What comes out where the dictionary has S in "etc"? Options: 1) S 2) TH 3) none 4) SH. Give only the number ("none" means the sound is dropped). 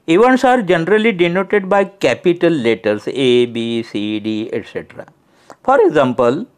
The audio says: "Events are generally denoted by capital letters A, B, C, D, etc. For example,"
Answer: 1